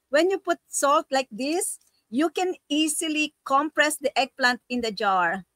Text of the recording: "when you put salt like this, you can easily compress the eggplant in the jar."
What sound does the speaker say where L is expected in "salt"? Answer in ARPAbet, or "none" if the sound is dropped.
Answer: L